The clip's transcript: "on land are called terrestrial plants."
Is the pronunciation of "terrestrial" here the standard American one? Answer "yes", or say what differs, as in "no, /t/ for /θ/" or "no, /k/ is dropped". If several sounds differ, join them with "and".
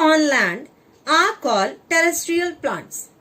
yes